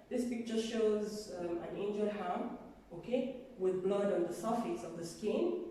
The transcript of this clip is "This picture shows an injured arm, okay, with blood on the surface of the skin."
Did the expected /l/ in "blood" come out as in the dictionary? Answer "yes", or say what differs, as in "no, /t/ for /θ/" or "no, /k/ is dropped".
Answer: yes